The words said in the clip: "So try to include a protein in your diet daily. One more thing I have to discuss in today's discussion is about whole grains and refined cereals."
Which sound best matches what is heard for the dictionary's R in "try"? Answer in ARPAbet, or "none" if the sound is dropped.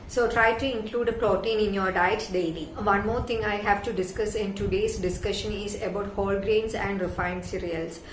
R